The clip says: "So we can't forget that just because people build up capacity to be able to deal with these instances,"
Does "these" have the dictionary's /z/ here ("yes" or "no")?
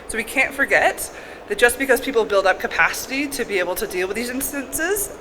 yes